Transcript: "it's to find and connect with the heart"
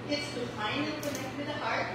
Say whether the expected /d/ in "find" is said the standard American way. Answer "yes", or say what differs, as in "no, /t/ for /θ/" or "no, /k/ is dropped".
no, /d/ is dropped